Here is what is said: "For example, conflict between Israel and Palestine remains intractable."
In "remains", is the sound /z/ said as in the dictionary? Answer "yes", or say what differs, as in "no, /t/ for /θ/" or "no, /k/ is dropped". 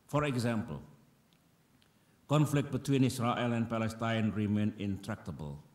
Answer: no, /z/ is dropped